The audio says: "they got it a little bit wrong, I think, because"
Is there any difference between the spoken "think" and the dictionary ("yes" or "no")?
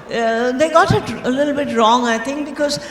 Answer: yes